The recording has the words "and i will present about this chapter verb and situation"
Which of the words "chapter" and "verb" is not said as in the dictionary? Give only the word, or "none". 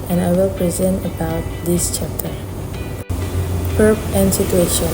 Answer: verb